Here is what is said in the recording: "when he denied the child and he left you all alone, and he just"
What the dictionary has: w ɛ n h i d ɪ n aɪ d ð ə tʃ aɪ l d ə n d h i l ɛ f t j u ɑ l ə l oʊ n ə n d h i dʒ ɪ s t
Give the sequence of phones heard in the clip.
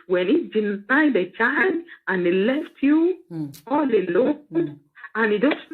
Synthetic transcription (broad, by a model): w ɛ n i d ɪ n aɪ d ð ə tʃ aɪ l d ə n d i l ɛ f t j u ɑ l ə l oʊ ə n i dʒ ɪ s